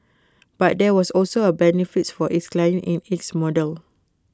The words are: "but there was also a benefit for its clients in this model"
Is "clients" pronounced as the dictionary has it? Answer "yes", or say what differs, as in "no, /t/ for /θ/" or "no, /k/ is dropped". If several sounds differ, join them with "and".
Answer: no, /s/ is dropped